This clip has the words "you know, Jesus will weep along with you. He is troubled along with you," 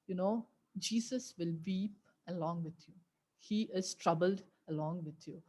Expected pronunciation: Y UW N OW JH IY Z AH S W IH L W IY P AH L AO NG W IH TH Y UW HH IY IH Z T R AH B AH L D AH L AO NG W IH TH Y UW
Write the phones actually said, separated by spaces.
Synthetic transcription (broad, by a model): Y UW N OW JH IY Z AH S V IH L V IY P AH L AO NG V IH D Y UW HH IY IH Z T R AH B AH L D AH L AO NG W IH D Y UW